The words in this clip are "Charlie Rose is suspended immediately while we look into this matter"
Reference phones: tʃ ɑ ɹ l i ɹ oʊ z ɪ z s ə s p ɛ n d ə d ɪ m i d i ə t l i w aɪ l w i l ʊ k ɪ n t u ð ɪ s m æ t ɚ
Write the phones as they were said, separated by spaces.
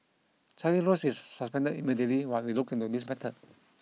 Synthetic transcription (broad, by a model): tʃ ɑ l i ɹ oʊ s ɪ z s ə s p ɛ n d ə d ɪ m i d i ə t l i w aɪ w i l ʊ k ɪ n t u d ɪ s m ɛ t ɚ